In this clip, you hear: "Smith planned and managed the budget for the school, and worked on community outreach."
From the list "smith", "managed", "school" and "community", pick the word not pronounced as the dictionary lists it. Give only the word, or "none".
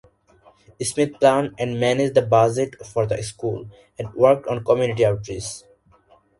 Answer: smith